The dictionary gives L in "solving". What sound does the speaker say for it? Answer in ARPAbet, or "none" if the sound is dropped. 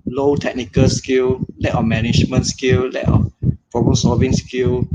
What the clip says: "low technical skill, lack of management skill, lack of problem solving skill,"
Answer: none